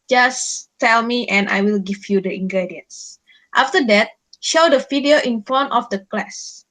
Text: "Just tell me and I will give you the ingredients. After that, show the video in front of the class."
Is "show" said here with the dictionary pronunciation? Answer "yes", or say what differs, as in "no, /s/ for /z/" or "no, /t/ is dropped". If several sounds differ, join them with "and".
yes